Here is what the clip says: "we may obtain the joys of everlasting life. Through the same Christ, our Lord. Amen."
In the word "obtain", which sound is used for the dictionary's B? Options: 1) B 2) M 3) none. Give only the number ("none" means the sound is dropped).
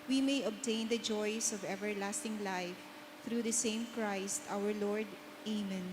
1